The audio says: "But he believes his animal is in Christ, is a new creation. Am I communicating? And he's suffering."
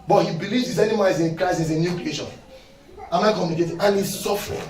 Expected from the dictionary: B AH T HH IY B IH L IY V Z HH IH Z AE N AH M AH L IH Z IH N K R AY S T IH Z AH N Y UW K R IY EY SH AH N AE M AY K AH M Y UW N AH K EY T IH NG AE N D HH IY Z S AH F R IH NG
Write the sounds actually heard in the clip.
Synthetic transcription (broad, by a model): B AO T HH IY B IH L IY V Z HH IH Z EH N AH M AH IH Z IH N K R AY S IH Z AH N Y UW K R IY EY SH AH N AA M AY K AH M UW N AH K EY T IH N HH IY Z S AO F R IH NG